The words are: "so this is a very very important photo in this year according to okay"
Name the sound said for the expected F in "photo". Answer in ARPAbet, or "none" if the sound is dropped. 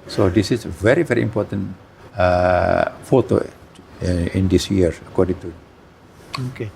F